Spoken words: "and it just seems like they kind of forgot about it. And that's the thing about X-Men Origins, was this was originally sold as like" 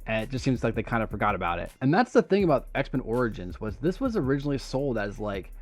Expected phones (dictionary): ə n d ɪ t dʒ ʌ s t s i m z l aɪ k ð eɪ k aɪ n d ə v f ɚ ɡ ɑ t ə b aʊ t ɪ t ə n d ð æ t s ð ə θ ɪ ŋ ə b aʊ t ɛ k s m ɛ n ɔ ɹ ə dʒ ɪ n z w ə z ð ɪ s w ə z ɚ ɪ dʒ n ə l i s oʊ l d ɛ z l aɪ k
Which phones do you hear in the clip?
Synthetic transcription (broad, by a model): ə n ɪ t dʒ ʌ s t s i m z l aɪ k ð eɪ k aɪ n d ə f ɚ ɡ ɑ t ə b aʊ t ɪ t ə n ð æ t s ð ə θ ɪ ŋ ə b aʊ t ɛ k s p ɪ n ɔ ɹ ə dʒ ɪ n z w ə z ð ɪ s w ə z ɚ ɪ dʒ n l i s oʊ l d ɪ z l aɪ k